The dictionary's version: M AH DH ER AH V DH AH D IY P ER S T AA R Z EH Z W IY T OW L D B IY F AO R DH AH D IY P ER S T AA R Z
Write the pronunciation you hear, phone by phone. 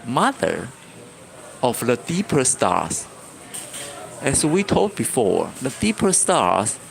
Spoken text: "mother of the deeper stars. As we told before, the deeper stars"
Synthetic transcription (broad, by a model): M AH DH ER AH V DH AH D IY P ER S T AA R S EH S W IY T OW L D B IY F AO R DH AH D IY P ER S T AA R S